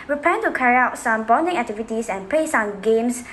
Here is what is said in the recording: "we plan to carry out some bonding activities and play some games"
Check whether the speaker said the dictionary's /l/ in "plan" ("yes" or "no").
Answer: no